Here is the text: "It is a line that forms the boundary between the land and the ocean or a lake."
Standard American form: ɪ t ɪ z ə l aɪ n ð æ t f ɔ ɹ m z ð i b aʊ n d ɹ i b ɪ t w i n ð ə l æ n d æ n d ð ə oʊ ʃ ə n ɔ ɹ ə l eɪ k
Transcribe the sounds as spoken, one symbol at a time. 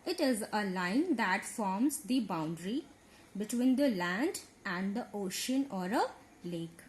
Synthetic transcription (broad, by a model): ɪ t ɪ z ə l aɪ n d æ t f ɔ ɹ m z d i b aʊ n d ɹ i b ɪ t w i n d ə l æ n d æ n d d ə oʊ ʃ ə n ɔ ɹ ə l eɪ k